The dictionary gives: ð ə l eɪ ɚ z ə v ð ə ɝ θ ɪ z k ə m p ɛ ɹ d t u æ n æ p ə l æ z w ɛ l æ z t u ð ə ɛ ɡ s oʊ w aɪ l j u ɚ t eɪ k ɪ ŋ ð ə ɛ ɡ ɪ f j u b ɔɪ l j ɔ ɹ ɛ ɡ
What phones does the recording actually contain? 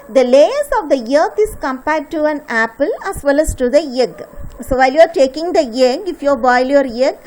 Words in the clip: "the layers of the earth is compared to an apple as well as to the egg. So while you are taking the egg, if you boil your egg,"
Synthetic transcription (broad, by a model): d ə l eɪ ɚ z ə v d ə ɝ t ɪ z k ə m p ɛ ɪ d t u æ n æ p ə l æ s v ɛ l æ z t u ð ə ɛ ɡ s oʊ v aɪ l j u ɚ t eɪ k ɪ ŋ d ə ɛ ɡ ɪ f j u b ɔɪ l j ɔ ɹ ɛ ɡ